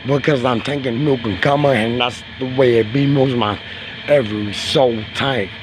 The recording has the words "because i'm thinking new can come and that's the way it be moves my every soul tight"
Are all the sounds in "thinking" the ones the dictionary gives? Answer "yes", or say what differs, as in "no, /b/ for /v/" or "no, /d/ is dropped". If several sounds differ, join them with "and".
no, /t/ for /θ/